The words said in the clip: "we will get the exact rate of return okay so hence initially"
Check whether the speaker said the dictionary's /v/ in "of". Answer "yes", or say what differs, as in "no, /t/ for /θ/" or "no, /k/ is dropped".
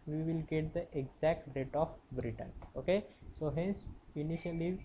no, /b/ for /v/